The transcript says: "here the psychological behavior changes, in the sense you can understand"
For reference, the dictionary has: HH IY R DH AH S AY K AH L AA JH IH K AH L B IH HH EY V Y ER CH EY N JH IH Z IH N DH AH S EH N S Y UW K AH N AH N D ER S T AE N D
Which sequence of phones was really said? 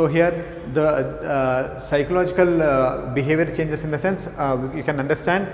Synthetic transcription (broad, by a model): HH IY R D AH S AY K AH L AA JH IH K AH L B IH HH EY V Y ER CH EY N JH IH S IH N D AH S EH N S Y UW K AH N AH N D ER S T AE N D